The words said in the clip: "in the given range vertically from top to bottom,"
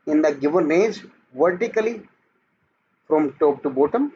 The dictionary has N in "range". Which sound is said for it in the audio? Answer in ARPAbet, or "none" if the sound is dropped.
none